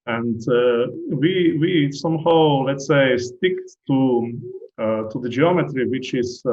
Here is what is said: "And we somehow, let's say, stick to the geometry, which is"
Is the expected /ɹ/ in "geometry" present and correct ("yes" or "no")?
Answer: yes